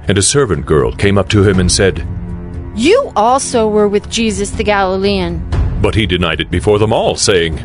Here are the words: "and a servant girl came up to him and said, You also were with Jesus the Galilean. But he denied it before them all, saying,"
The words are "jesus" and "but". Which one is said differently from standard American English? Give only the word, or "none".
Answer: none